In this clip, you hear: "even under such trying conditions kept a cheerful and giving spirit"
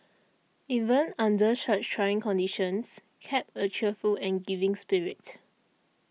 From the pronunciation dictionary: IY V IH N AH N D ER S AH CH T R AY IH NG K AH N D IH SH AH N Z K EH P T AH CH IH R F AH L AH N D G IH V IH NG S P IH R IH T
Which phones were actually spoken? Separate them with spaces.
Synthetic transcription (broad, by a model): IY V IH N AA N D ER SH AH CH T R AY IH NG K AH N D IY SH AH N S K EH P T AH CH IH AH F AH L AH N G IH V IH NG S P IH R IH T